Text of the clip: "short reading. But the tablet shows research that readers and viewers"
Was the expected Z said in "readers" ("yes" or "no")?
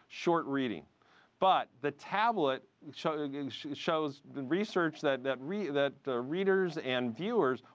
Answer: yes